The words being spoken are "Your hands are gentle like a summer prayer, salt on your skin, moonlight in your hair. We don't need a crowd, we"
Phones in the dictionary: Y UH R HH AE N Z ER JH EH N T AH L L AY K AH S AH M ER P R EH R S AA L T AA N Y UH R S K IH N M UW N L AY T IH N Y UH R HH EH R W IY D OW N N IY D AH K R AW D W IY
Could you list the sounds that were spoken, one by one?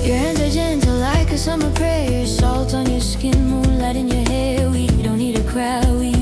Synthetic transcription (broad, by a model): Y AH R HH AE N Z ER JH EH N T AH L L AY K AH S AH M ER P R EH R S AA L T N Y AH R S K IH N M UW N L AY T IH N Y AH R HH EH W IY D OW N N IY D AH K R AW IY